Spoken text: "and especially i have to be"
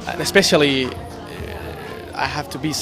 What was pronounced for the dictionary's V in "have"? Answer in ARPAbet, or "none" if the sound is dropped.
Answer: F